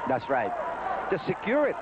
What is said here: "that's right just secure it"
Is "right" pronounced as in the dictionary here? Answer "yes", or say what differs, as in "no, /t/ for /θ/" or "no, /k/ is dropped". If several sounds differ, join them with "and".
yes